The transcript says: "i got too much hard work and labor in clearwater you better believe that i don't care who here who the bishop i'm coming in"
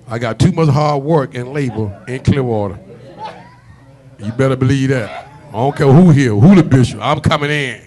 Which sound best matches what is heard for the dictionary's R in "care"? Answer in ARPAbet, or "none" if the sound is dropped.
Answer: L